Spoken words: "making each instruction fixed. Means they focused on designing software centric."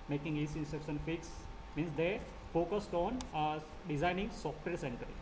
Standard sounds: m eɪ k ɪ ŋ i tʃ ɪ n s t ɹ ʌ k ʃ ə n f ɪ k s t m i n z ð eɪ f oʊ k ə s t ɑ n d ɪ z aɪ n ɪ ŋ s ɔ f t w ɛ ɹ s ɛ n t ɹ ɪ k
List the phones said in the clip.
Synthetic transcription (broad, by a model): m eɪ k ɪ ŋ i s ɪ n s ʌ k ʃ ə n f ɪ k s m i n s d eɪ f oʊ k ə s t ɑ n d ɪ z aɪ n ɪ ŋ s ɔ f t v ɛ ɹ s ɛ n t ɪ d